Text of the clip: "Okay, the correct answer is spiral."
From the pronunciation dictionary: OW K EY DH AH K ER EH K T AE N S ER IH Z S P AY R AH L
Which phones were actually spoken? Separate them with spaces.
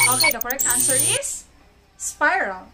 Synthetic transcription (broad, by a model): OW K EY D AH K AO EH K AA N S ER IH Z S P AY R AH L